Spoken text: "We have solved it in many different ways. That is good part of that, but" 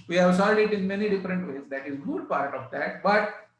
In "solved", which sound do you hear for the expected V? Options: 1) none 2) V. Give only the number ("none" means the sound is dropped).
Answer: 1